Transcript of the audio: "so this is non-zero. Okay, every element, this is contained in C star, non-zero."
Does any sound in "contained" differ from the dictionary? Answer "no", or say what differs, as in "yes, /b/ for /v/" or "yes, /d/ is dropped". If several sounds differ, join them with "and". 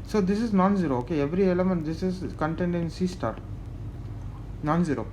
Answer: no